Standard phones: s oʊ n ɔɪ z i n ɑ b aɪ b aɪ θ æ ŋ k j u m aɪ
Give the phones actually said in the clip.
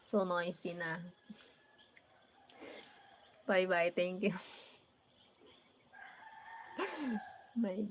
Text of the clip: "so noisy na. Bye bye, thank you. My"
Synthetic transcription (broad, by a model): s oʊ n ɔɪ s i n ɑ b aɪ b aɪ t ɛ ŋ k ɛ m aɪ